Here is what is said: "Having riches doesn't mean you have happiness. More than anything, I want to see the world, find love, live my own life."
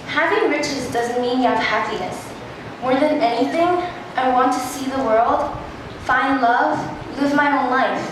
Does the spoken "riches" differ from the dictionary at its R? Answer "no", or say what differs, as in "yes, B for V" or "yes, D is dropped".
no